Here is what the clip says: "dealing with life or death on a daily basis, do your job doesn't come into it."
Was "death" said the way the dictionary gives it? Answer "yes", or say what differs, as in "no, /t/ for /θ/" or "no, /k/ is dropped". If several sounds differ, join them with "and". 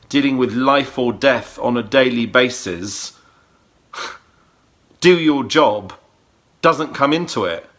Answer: yes